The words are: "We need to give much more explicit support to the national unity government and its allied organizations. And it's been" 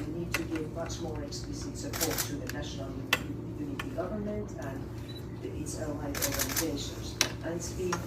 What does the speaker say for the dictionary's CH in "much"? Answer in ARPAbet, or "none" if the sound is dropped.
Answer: CH